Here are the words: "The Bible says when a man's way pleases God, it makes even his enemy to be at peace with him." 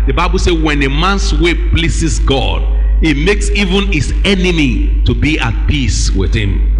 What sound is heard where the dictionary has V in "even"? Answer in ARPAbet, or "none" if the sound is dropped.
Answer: V